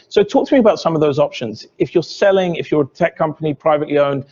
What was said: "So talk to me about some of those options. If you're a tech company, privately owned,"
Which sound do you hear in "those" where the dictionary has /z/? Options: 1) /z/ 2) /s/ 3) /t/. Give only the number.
1